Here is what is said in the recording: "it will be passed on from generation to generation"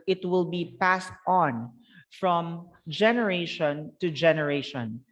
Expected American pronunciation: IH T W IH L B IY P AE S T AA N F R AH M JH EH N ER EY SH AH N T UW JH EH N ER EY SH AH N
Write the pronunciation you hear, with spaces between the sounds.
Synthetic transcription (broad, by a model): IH T W IH L B IY P AE S T AA N F R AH M JH EH N ER EY SH AH N T UW JH EH N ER EY SH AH N